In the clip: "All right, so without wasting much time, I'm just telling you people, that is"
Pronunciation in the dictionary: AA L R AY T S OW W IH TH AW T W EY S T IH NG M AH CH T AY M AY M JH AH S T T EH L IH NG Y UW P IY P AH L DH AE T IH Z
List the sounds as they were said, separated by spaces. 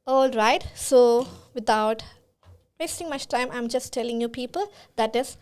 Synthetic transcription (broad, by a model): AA L R AY T S OW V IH T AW T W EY S T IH NG M AH CH T AY M AY M JH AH S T T EH L IH NG Y UW P IY P AH L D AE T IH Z